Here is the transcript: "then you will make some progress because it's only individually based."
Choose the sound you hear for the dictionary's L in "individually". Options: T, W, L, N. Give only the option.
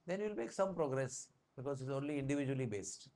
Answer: L